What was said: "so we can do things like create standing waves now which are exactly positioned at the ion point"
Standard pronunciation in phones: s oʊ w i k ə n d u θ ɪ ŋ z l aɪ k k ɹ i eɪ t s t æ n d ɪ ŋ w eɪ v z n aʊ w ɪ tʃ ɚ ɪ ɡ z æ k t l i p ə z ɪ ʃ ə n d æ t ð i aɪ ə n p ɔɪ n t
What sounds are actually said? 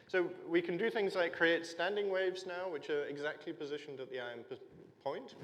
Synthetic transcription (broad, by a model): s oʊ w i k ə n d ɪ θ ɪ ŋ z l aɪ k k ɹ i eɪ t s t æ n d ɪ ŋ w eɪ v z n aʊ w ɪ tʃ ɚ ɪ ɡ z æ k t l i p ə z ɪ ʃ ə n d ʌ t ð i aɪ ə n p ɔɪ n t